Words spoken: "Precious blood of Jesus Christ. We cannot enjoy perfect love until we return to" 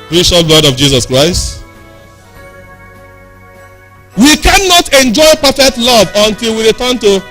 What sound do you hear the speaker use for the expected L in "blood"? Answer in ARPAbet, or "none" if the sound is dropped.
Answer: L